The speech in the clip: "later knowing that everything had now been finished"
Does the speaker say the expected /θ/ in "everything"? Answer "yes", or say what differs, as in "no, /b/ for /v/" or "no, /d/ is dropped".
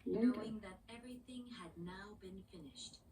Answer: yes